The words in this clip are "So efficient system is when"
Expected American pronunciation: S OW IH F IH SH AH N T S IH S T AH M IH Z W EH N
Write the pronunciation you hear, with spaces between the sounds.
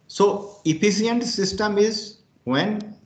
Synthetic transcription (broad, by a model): S OW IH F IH S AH N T S IH S T AH M IH Z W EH N